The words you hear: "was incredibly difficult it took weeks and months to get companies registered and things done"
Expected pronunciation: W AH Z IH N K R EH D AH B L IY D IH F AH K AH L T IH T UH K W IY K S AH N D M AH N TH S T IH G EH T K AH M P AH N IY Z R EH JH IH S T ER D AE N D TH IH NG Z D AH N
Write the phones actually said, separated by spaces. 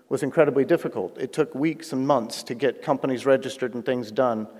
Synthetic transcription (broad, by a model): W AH Z IH N K R EH D AH B L IY D IH F AH K AH L T IH T UH K W IY K S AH N M AH N TH S T IH G EH T K AH M P AH N IY Z R EH JH IH S T ER D N TH IH NG Z D AH N